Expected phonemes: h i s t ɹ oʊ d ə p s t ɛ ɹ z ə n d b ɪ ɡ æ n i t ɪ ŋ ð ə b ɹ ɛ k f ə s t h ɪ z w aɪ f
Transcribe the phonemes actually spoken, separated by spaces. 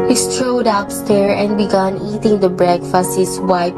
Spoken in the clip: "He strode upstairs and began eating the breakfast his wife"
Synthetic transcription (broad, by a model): h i s t ɹ oʊ d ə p s t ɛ ɹ ə n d b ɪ ɡ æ n i t ɪ ŋ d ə b ɹ ɛ k f ə s t h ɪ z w aɪ